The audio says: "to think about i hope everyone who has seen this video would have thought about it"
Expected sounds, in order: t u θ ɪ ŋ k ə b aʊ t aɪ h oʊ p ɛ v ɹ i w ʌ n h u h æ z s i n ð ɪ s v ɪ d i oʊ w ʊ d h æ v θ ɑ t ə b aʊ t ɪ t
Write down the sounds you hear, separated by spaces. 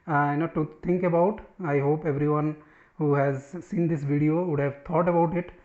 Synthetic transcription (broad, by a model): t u t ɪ ŋ k ə b aʊ t aɪ h oʊ p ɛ v ɹ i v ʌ n h u h æ z s i n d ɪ s v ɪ d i oʊ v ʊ d h æ v t ɑ t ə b aʊ t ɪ t